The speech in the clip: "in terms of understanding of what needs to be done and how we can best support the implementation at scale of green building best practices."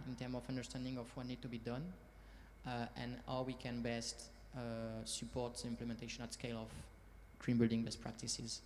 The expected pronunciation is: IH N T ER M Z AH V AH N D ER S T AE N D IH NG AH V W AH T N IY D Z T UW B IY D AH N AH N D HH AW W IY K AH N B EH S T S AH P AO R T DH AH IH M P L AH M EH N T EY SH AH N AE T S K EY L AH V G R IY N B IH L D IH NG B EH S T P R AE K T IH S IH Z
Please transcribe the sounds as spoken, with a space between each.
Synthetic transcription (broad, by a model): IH N T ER M AH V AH N D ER S T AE N D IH NG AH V W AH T N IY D T UW B IY D AH N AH N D HH AW W IY K AH N B EH S T S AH P AO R T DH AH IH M P L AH M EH N T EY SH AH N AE T S K EY L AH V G R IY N B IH L D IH NG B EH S P R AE K T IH S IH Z